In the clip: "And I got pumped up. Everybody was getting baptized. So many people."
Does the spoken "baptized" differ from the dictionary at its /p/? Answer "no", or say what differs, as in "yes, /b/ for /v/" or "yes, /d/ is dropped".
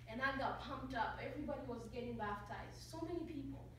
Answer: yes, /f/ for /p/